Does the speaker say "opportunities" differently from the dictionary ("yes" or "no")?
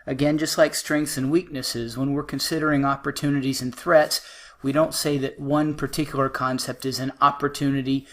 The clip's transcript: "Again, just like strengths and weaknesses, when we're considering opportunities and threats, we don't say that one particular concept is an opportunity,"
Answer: no